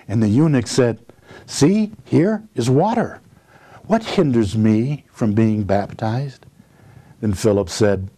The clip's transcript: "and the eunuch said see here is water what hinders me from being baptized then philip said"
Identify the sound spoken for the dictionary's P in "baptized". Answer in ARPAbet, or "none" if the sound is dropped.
P